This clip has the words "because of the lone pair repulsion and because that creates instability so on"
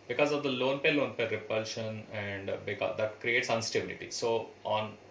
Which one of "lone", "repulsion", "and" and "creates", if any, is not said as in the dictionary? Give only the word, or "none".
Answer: none